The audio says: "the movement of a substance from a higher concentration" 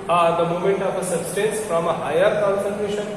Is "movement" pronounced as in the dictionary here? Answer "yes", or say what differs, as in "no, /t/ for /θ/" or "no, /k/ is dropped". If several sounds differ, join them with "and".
no, /v/ is dropped